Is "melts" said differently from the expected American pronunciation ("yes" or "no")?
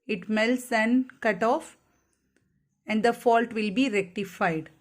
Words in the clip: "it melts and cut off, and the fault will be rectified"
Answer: no